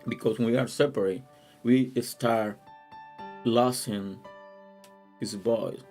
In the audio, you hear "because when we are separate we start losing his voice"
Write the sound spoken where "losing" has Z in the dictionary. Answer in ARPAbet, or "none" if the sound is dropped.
S